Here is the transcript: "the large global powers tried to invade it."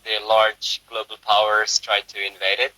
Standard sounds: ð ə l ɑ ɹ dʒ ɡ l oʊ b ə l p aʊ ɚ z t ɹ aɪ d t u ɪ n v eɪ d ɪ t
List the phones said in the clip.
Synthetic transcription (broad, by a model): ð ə l ɑ ɹ dʒ ɡ l oʊ b ə l p aʊ ɚ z t ɹ aɪ d t u ɪ n v eɪ d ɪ t